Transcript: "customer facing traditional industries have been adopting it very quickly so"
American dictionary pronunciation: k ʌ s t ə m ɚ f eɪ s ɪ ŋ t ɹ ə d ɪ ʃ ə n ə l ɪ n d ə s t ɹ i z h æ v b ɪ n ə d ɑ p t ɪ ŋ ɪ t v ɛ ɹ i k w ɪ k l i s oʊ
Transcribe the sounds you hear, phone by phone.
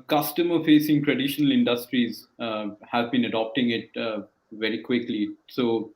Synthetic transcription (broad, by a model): k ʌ s t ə m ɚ f eɪ s ɪ ŋ t ɹ ə d ɪ ʃ ə n ə l ɪ n d ə s t ɹ i z h æ v b ɪ n ə d ɑ p t ɪ ŋ ɪ t v ɛ ɹ i k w ɪ k l i s oʊ